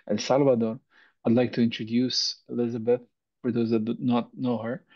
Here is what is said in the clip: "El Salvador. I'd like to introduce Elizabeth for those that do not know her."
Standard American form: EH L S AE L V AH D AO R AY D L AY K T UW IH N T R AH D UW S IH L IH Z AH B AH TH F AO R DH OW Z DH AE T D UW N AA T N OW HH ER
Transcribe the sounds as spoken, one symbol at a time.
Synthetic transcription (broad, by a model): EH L S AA L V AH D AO R AY D L AY K T UW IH N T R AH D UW S IH L IH Z AH B AH TH F AO R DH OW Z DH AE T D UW N AA T N OW HH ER